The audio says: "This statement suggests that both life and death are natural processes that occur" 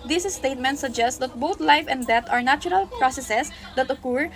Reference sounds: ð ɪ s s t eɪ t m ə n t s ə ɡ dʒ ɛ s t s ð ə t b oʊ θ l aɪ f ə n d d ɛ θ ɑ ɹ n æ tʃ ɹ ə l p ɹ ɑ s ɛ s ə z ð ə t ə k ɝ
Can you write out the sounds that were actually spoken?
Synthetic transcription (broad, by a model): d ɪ s s t eɪ t m ə n t s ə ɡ dʒ ɛ s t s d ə t b oʊ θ l aɪ f ə n d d ɛ t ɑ ɹ n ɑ tʃ ɹ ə l p ɹ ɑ s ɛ s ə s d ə t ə k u